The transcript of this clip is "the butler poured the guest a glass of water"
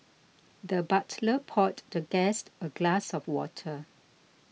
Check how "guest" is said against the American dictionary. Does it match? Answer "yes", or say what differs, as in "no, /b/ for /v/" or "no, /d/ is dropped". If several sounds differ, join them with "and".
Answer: yes